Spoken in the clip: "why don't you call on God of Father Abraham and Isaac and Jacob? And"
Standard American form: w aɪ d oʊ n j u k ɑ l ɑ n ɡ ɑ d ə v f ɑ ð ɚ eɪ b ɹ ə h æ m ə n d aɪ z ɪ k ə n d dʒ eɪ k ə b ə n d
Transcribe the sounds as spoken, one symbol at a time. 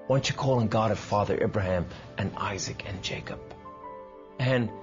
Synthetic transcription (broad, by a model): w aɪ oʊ n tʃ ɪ k ɑ l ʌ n ɡ ɑ d ə v f ɑ ð ɚ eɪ b ɹ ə h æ m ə n aɪ z ɪ k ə n dʒ eɪ k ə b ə n